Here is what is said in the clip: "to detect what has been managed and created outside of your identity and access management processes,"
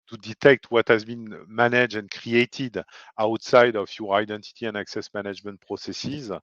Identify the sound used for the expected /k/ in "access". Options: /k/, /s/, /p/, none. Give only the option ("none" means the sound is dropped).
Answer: /k/